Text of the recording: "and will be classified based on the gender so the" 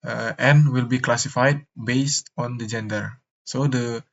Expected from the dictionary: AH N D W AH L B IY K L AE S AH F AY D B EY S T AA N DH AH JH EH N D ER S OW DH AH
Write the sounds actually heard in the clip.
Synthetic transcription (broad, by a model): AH N W AH L B IY K L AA S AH F AY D B EY S T AA N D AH JH EH N D ER S OW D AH